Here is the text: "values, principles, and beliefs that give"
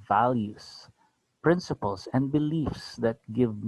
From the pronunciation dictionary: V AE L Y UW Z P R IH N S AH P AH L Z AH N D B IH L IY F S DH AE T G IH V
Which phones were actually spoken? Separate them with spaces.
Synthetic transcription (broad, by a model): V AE L Y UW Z P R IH N S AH P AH L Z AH N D B IH L IY F S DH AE T G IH V